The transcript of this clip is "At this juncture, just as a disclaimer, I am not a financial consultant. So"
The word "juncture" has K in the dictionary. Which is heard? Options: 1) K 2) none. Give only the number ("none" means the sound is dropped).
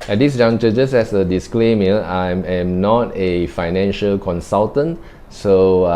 2